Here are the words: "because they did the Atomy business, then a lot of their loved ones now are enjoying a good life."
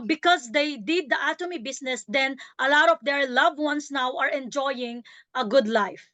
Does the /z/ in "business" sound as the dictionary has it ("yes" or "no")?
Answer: no